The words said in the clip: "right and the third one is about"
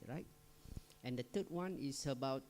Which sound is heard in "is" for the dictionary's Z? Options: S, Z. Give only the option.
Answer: S